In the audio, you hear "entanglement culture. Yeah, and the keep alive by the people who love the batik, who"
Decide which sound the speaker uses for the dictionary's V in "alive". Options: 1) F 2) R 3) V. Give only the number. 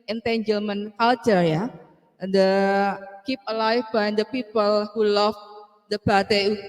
1